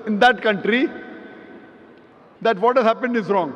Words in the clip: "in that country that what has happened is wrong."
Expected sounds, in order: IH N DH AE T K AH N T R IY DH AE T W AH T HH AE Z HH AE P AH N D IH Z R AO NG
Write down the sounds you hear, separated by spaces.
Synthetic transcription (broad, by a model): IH N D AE T K AH N T R IY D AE T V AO T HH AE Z HH AE P AH N D IH Z R AO NG